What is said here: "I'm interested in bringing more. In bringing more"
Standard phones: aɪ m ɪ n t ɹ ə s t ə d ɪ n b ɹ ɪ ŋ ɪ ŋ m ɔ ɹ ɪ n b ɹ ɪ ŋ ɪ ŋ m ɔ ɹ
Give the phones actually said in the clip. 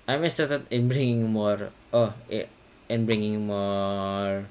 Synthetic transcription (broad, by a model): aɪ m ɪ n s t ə t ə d ɪ n b ɹ ɪ ŋ ɪ ŋ m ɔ ɹ ɪ n b ɹ ɪ ŋ ɪ ŋ m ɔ ɹ